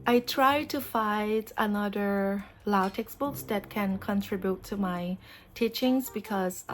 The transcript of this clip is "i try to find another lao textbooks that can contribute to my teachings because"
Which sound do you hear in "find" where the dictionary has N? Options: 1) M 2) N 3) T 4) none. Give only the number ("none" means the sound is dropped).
4